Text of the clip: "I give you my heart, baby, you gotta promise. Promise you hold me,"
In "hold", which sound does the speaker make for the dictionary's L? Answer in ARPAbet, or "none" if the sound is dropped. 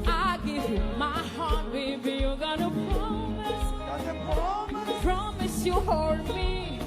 none